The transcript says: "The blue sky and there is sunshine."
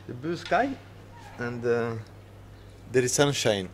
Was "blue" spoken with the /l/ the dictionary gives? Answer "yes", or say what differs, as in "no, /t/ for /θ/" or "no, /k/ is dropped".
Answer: no, /l/ is dropped